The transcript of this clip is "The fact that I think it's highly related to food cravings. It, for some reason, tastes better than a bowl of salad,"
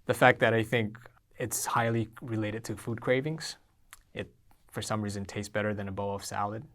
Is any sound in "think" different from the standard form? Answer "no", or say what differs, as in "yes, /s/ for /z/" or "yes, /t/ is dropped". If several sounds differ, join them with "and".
no